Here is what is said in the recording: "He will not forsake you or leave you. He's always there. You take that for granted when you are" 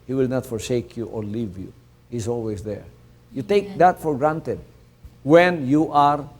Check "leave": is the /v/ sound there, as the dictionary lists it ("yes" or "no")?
yes